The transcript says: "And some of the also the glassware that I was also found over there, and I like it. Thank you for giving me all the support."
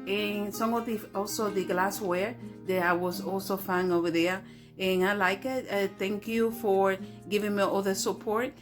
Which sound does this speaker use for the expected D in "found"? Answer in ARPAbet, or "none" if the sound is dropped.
none